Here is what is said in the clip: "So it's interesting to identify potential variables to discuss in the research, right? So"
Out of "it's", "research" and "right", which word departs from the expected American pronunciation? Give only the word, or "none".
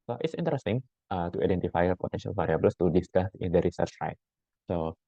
none